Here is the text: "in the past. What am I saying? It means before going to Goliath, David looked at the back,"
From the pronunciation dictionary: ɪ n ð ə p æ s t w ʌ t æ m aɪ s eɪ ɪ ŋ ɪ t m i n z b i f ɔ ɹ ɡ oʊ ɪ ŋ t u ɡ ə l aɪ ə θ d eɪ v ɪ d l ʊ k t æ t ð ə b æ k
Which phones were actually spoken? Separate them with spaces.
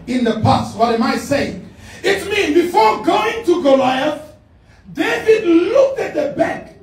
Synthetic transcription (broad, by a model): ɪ n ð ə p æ s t w ʌ t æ m aɪ s eɪ ɪ ŋ ɪ t m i n b i f ɔ ɹ ɡ oʊ ɪ ŋ t u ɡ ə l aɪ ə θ d eɪ v ɪ d l ʊ k t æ t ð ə b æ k